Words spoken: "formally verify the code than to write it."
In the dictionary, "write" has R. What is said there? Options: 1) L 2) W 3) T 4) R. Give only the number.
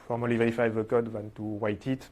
2